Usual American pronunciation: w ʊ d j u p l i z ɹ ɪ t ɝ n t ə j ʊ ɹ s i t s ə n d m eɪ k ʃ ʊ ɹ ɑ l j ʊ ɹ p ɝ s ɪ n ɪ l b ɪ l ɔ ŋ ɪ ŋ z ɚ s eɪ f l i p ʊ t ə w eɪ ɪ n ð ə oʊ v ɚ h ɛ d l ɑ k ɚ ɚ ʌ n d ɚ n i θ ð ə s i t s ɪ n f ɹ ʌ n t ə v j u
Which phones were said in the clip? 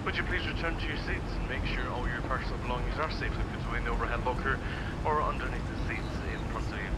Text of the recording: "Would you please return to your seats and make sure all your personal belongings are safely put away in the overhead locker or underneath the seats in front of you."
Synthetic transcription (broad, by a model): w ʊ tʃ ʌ p l i z ɹ ɪ t ɝ n t ə j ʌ ɹ s i t s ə n m eɪ k ʃ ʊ ɹ ɑ l j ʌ ɹ p ɝ s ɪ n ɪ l b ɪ l ɔ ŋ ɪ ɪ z ɚ s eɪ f w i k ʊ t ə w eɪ ɪ n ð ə oʊ v ɚ h ɛ d l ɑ k ɚ ɚ ʌ n d ɚ n i θ ð ə s i t s ɪ n p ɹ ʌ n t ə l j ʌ